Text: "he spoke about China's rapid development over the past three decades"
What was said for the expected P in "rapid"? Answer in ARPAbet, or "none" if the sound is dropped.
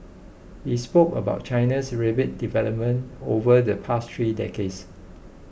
B